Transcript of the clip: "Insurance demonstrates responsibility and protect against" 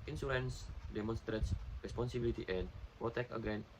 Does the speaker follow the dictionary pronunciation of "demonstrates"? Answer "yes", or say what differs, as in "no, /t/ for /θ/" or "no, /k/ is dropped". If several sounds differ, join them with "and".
yes